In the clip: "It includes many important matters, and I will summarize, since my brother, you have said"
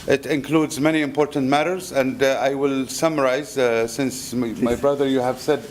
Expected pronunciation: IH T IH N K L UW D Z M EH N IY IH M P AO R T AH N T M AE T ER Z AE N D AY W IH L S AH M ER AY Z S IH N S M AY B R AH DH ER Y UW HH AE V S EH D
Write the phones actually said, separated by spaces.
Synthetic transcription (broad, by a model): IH T IH N K L UW D Z M EH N IY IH M P AO R T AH N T M AE T ER Z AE N D AY W IH L S AH M ER AY Z S IH N S M AY B R AH DH ER Y UW HH AE V S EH D